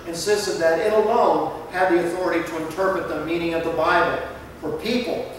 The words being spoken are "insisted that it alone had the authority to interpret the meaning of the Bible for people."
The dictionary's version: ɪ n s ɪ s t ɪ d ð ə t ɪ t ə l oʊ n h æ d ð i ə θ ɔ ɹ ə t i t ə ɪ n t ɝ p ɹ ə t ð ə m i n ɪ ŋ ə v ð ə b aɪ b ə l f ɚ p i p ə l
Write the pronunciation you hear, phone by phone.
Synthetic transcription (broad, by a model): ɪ n s ɪ s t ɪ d ð ə t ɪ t ə l oʊ n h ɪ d ð i ə θ ɔ ɹ ə t i t ə ɪ n t ɝ p ɹ ə t ð ə m i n ɪ ŋ ə v ð ə b aɪ b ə l f ɚ p i p l